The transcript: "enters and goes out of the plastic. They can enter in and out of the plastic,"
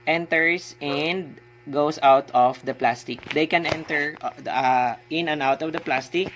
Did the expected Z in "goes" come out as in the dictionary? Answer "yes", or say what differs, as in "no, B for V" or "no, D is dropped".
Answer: no, S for Z